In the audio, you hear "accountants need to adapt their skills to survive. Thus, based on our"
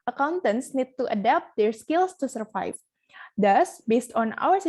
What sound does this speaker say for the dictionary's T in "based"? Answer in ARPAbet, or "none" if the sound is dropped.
T